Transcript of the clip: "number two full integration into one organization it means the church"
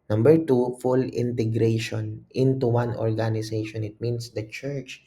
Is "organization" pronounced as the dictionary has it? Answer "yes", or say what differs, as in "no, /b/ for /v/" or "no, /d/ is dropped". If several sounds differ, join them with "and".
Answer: no, /s/ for /z/